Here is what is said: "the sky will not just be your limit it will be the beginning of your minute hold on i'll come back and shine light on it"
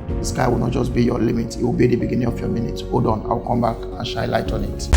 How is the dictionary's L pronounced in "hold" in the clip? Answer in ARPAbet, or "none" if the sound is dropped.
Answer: none